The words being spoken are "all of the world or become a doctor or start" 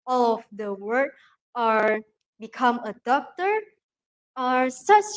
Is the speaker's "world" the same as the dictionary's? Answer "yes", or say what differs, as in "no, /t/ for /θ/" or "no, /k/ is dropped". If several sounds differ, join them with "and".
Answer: no, /l/ is dropped